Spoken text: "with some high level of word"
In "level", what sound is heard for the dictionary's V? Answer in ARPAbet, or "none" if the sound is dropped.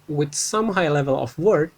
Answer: V